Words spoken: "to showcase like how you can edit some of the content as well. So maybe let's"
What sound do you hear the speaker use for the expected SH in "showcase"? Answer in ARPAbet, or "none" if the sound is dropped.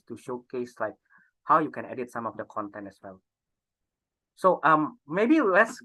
SH